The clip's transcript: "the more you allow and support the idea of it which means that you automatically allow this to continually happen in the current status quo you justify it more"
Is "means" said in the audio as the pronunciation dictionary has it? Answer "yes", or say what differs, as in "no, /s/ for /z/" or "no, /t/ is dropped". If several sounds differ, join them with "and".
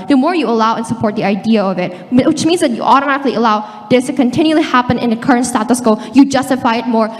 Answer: yes